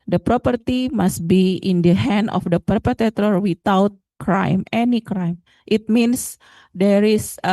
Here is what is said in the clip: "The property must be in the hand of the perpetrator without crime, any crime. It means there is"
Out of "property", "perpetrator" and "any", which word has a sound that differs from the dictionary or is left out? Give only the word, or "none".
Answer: perpetrator